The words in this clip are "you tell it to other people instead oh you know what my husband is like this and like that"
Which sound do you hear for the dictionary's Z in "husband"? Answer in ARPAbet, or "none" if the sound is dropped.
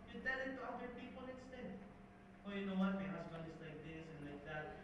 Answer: S